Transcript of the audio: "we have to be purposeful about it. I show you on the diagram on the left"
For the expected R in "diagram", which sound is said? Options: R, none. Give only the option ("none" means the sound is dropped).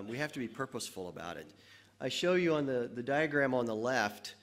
R